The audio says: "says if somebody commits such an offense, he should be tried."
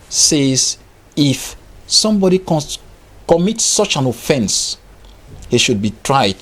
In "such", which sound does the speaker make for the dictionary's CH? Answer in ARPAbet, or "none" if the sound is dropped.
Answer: CH